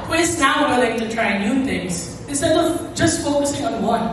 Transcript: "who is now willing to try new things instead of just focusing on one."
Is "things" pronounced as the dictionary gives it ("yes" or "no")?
no